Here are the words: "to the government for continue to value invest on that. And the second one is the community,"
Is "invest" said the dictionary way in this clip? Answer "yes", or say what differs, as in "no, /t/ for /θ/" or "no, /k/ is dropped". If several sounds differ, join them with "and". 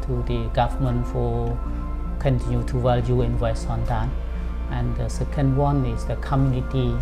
no, /t/ is dropped